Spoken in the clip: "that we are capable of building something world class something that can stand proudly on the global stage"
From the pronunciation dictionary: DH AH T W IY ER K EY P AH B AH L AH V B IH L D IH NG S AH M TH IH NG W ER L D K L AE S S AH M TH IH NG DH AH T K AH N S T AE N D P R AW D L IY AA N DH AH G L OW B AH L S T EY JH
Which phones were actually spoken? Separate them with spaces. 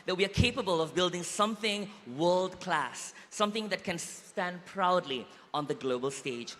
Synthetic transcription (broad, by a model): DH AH T W IY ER K EY P AH B AH L AH V B IH L D IH NG S AH M TH IH NG W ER L D K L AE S S AH M TH IH NG DH AH T K AH N S T AE N D P R AW D L IY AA N DH AH G L OW B AH L S T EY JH